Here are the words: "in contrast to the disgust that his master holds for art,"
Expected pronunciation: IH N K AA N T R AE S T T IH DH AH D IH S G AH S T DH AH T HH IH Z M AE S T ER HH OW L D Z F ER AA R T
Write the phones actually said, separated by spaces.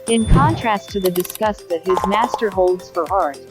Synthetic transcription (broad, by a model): IH N K AA N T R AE S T T IH DH AH D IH S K AH S T DH AH T HH IH Z M AE S T ER HH OW L D Z F ER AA R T